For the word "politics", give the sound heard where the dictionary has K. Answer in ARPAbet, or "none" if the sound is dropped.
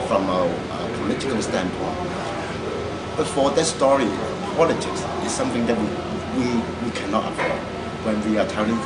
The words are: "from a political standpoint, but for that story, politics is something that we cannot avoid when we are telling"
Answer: K